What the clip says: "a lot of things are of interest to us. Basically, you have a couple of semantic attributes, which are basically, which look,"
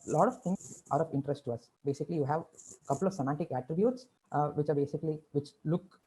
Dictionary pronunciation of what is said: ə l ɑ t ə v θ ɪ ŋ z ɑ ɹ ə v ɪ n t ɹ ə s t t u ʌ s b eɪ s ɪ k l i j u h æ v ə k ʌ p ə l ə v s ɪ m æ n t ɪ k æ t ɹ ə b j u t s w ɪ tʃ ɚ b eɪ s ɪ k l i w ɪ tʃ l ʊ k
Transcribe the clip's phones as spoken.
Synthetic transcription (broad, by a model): l ɑ t ə v t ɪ ŋ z ɑ ɹ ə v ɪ n t ɹ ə s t t u ʌ s b eɪ s ɪ k l i j u h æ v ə k ʌ p ə l ə v s ɪ m æ n t ɪ k æ t ɹ ə b j u t s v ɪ tʃ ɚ b eɪ s ɪ k l i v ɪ tʃ l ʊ k